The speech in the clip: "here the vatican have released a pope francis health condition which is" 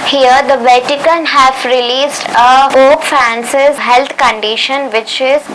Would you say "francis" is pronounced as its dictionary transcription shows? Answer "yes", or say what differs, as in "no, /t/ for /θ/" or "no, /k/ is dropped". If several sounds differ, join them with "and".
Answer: no, /ɹ/ is dropped